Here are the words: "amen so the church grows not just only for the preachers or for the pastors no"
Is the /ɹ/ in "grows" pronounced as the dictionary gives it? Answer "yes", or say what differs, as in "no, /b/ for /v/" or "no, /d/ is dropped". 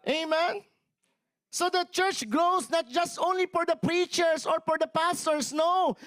no, /l/ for /ɹ/